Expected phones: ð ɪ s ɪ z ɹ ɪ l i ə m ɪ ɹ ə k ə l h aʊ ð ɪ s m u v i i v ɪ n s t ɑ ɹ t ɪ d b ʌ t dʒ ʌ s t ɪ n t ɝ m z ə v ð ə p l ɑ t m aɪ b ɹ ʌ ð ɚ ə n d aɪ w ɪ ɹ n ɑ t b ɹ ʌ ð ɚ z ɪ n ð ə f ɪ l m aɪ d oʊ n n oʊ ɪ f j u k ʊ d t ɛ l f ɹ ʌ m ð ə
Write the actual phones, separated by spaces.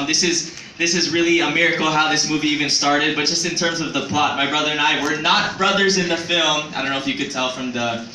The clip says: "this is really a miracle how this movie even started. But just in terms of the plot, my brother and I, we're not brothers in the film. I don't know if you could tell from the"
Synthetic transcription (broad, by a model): ð ɪ s ɪ z ɹ ɪ l i ə m ɪ ɹ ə k l h aʊ ð ɪ s m u v i i v ɪ n s t ɑ ɹ t ɪ d b ʌ t dʒ ʌ s t ɪ n t ɝ m z ə v ð ə p l ɑ t m aɪ b ɹ ʌ ð ɚ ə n aɪ w ɪ ɹ n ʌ t b ɹ ʌ ð ɚ z ɪ n ð ə f ɪ l m aɪ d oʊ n n oʊ ɪ f j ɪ k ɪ d t ɛ l f ɹ ʌ m ð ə